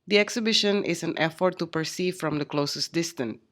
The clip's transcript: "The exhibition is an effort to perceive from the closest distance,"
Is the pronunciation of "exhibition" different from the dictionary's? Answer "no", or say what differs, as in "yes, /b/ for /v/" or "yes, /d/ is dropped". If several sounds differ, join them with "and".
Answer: no